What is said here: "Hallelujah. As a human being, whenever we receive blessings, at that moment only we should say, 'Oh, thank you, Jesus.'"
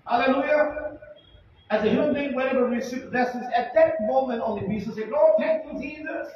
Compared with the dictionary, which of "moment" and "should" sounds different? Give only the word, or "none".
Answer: should